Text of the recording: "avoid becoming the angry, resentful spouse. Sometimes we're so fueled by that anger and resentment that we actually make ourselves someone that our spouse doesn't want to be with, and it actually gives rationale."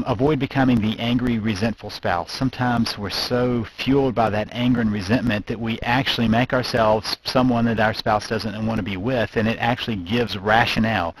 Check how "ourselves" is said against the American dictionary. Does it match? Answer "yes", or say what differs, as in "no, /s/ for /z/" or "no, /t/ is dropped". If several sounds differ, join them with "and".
yes